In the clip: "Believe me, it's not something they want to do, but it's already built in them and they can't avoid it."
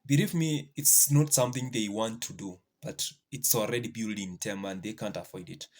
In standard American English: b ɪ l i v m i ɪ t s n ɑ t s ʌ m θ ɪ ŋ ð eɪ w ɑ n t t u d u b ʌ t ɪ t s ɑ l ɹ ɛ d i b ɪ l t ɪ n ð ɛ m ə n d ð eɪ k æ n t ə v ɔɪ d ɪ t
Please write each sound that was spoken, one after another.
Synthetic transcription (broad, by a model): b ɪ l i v m i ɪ t s n ɑ t s ʌ m θ ɪ ŋ ð eɪ w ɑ n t t u d u b ʌ t ɪ t s ɑ l ɹ ɛ d i b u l ɪ n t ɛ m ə n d ð eɪ k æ n t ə f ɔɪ d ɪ t